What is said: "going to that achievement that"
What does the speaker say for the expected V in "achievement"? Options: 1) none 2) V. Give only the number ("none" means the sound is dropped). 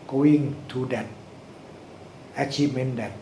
1